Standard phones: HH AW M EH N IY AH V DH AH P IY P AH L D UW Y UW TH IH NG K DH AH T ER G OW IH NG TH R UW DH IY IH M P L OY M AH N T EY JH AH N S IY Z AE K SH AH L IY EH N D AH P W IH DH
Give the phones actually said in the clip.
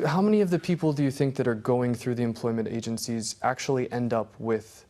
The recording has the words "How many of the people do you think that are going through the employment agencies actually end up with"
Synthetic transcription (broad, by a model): HH AW M EH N IY AH V DH AH P IY P L D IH Y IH TH IH NG K DH AH T ER G OW IH NG TH R UW DH IY IH M P L OY M AH N T EY JH AH N S IY Z AE K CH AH L IY EH N D AH P W IH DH